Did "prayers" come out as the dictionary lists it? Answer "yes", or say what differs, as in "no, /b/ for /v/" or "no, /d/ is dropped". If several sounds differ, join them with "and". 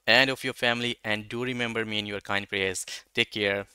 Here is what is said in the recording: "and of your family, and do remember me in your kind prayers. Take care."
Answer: no, /l/ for /ɹ/